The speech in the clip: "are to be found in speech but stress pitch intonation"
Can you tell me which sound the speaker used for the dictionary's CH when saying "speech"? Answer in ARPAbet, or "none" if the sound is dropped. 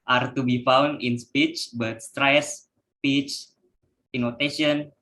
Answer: CH